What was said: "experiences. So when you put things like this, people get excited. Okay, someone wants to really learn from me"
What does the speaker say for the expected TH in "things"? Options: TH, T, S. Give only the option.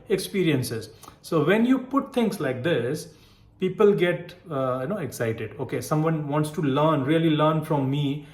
T